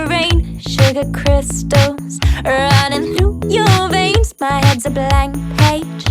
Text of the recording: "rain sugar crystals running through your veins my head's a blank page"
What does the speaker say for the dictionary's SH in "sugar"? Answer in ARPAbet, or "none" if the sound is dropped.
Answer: SH